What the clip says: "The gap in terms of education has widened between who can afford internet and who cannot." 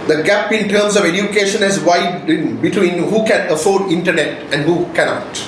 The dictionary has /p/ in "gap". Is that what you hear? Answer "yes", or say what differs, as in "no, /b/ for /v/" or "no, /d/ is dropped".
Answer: yes